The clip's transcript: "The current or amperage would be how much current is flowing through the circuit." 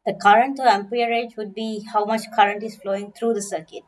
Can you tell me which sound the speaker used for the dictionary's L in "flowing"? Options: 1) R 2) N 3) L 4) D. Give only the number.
3